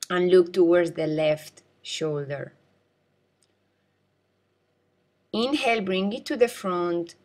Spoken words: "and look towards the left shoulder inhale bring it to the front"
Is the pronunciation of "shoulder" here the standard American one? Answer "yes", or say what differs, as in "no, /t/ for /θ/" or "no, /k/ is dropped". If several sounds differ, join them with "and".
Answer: yes